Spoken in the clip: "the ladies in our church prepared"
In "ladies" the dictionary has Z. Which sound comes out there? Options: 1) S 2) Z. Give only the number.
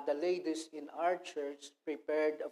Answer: 1